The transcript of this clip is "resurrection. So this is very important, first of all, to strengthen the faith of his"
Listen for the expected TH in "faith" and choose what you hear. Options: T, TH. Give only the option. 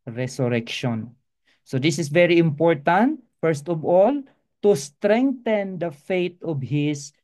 T